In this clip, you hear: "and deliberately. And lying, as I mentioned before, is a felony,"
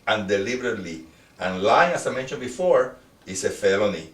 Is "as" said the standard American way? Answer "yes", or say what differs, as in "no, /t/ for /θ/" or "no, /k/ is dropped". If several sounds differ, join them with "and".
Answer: no, /s/ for /z/